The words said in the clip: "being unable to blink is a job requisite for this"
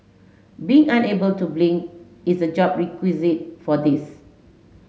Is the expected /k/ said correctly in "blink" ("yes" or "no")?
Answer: no